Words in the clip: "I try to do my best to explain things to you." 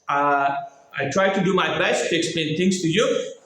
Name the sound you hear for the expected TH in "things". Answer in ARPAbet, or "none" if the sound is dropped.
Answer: T